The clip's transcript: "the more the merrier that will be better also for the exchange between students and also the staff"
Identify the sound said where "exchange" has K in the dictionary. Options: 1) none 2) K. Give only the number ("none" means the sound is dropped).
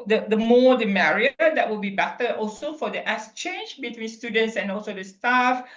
1